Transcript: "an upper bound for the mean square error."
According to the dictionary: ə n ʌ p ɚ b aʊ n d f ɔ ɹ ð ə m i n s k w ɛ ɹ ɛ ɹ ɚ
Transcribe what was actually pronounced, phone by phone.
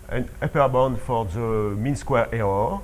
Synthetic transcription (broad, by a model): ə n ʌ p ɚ b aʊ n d f ɔ ɹ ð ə m i n s k w ɛ ɹ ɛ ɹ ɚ